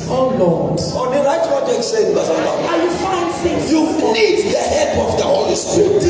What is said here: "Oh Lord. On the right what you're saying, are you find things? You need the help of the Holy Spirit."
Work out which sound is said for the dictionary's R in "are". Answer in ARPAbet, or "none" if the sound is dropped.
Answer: L